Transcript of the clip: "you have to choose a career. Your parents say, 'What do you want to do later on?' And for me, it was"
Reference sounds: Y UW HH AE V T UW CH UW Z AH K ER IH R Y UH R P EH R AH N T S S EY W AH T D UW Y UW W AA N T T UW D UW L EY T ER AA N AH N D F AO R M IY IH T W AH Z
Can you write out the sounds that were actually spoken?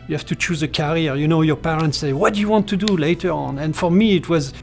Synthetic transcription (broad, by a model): Y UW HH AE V T UW CH UW Z AH K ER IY R Y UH R P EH R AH N T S S EY W AH T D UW Y UW W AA N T T UW D UW L EY T ER AA N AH N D F AO R M IY IH T W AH Z